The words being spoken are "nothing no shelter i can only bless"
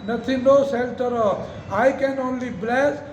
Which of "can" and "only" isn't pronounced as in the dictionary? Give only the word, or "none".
none